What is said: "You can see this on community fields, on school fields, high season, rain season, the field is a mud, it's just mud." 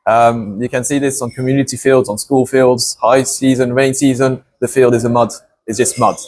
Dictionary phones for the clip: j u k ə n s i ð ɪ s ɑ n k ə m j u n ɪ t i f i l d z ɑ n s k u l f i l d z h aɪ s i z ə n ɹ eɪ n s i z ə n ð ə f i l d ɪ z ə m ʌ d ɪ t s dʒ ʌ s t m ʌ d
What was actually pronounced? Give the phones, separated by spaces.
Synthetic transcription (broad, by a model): j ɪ k ə n s i ð ɪ s n k ə m j u n ɪ t i f i l d z n s k u l f i l d z h aɪ s i z ə n ɹ eɪ n s i z ə n ð ə f i l d ɪ z ə m ʌ d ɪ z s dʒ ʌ s t m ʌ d